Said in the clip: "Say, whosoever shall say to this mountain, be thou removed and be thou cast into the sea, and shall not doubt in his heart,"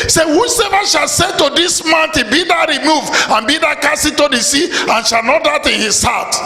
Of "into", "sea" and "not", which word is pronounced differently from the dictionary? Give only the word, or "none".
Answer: into